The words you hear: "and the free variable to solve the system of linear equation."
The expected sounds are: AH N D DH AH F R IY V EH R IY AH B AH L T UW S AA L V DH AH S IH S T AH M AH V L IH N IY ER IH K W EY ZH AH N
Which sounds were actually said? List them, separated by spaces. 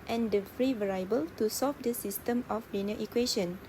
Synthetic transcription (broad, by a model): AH N D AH F R IY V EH R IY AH B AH L T UW S AA L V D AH S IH S T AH M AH F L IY N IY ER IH K W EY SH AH N